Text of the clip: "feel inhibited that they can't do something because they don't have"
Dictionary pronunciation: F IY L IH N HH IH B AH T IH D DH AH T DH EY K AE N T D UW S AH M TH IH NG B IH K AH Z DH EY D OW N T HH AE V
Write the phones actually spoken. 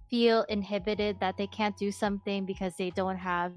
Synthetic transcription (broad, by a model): F IY L IH N HH IH B AH T IH D DH AH T DH EY K AE N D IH S AH M TH IH NG B IH K AH Z DH EY D OW N T HH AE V